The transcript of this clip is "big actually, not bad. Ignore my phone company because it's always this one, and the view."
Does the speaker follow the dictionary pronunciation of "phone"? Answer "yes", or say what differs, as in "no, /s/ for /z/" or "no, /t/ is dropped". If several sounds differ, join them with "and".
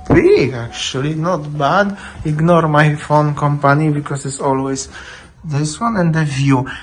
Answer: yes